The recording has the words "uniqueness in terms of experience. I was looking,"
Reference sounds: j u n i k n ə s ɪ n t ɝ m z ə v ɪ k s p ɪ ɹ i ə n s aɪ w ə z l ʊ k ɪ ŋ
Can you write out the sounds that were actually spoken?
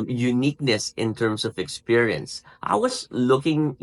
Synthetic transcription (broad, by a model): j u n i k n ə s ɪ n t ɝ m s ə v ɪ k s p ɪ ɹ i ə n s aɪ w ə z l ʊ k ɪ ŋ